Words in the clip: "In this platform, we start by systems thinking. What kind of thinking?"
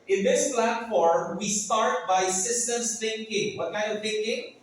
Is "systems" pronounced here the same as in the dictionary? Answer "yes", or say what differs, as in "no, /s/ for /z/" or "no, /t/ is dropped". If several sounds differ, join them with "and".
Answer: no, /s/ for /z/